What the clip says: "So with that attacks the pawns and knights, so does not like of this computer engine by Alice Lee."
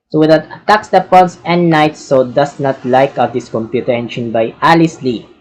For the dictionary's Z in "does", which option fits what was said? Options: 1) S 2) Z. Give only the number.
1